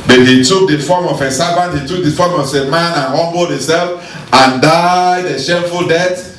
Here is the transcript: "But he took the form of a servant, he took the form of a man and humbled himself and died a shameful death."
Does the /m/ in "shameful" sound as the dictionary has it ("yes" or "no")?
no